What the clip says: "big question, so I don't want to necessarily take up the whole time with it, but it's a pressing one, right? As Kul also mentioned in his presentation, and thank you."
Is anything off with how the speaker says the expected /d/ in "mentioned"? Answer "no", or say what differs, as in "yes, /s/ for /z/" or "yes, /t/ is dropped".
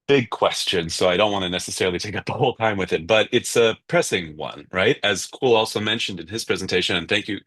no